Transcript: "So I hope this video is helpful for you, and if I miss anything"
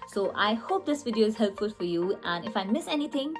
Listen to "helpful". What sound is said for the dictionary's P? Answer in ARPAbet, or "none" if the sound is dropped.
P